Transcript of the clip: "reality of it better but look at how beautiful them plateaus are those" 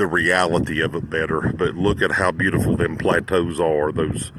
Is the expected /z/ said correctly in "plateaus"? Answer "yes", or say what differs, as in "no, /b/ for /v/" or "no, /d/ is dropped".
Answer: yes